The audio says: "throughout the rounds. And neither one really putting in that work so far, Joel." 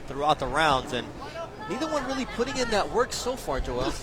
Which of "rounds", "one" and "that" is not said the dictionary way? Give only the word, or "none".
none